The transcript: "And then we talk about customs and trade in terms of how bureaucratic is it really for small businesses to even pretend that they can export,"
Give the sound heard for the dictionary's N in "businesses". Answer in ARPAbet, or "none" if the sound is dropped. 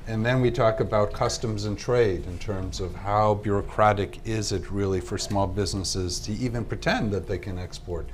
N